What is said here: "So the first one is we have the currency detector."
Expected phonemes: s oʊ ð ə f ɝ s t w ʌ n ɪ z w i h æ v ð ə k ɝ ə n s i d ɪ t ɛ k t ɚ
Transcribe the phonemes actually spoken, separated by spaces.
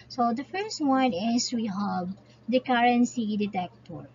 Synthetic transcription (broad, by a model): s oʊ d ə f ɝ s t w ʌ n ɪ s w i h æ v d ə k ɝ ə n s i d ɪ t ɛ k t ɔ